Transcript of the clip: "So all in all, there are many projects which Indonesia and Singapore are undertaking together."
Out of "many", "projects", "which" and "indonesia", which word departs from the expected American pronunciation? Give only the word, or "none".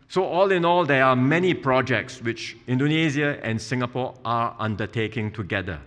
indonesia